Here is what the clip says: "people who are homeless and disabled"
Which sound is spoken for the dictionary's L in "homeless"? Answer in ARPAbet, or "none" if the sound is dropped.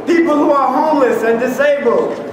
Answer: L